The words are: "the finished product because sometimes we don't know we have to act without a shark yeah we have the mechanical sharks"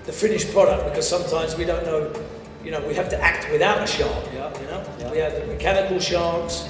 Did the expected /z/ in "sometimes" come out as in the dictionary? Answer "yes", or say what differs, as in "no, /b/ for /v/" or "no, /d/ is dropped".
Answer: yes